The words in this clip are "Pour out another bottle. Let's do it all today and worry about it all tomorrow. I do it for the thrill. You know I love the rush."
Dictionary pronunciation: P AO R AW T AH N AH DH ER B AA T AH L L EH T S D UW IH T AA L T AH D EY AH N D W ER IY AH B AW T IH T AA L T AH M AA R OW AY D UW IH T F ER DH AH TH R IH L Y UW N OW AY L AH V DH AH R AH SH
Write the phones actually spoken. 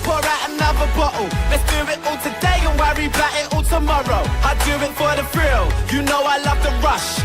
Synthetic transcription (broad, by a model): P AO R AW T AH N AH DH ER B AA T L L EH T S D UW IH T AA L T AH D EY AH N W ER IY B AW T IH T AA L T AH M AA R OW AY D UW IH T F ER DH AH F R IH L Y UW N OW AY L AH V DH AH R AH SH